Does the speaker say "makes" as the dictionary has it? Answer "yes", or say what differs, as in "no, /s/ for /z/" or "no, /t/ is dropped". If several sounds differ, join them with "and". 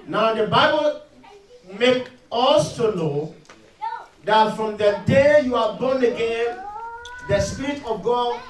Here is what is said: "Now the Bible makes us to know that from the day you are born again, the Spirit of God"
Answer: no, /s/ is dropped